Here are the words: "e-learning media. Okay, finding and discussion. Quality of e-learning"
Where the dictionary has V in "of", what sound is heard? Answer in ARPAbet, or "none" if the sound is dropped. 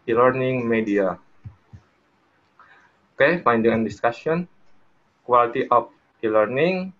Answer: P